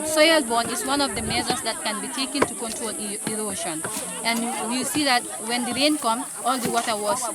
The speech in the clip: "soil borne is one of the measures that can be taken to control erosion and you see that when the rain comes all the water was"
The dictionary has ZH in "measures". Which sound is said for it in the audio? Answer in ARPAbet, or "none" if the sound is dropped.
Z